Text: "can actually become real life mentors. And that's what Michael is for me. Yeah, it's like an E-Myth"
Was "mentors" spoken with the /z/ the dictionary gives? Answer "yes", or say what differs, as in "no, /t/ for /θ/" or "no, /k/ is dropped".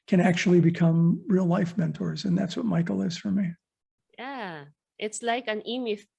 yes